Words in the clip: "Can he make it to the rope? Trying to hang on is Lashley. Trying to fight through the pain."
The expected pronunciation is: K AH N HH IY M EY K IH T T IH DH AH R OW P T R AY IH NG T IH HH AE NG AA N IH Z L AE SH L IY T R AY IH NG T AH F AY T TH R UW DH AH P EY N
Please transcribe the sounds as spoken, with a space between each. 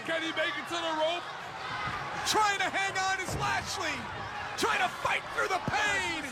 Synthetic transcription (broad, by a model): K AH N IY M EY K IH T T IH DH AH R OW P T R AY IH NG T IH HH AE NG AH N IH Z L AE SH L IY T R AY IH NG T AH F AY T TH R UW DH AH P EY N